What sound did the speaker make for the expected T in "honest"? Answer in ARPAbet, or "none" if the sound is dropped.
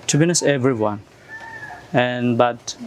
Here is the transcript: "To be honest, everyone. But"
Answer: none